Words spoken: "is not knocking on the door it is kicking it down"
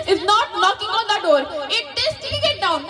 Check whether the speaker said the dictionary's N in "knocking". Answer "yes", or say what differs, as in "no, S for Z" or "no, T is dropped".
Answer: no, L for N